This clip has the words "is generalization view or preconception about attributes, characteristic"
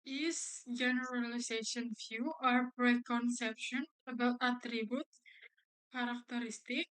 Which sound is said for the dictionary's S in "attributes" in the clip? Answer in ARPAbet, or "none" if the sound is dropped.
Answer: none